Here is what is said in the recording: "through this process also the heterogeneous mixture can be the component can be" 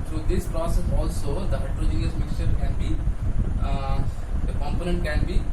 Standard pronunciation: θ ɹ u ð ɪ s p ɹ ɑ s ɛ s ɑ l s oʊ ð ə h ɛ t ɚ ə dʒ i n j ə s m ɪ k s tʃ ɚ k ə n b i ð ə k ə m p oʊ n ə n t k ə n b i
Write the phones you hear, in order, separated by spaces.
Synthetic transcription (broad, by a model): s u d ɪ s p ɹ ɑ s ɛ s ɑ l s oʊ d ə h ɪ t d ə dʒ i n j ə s m ɪ k s tʃ ɚ k ə n b i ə k ə m p oʊ n ə n t k ə n b i